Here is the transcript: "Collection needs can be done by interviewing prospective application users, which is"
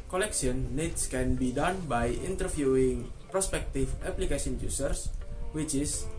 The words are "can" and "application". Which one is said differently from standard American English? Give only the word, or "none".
application